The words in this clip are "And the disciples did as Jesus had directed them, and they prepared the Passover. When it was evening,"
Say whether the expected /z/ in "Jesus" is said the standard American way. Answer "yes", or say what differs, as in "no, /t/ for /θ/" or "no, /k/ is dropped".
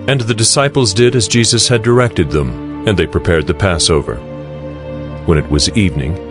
yes